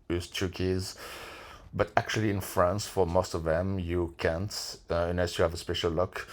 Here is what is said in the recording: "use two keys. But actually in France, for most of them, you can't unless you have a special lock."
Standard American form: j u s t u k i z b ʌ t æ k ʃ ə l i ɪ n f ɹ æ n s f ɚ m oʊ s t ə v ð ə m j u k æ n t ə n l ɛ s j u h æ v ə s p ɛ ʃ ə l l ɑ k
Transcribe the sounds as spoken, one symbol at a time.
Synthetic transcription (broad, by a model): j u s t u k i z b ʌ t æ k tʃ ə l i ɪ n f ɹ æ n s f ɚ m oʊ s t ə v ð ə m j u k æ n t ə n ɛ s j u h æ v ə s p ɛ ʃ ə l l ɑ k